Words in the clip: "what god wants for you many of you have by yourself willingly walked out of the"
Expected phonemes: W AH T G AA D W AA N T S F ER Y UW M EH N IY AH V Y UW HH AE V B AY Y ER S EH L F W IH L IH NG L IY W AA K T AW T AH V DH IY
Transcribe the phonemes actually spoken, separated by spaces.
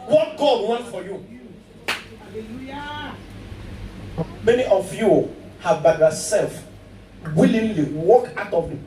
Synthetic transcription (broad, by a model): W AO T G AA D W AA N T F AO Y UW M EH N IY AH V Y UW HH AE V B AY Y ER S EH L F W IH L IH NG L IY W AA K AW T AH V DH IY